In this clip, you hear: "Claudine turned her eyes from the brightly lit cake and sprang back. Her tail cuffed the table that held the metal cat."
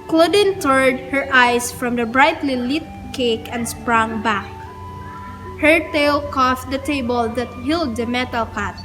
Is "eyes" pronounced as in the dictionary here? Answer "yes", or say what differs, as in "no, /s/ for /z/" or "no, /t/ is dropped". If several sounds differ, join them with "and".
no, /s/ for /z/